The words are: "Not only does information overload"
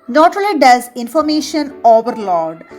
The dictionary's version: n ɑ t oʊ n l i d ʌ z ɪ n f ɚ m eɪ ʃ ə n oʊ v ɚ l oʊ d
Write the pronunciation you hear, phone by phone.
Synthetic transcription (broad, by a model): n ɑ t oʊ l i d ʌ z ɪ n f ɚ m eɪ ʃ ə n oʊ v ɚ l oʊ d